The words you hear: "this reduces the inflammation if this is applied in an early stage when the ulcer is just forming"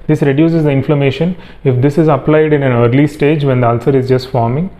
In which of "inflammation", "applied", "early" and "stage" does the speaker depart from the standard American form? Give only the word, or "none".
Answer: none